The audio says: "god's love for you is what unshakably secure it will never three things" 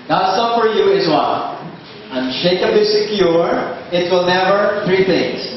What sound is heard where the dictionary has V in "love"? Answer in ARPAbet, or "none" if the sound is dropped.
P